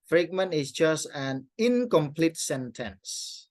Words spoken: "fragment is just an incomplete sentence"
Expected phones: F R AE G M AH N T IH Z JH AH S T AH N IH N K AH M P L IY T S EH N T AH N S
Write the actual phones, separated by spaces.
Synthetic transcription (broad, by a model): F R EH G M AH N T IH S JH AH S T AH N IH N K AH M P L IY T S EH N T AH N S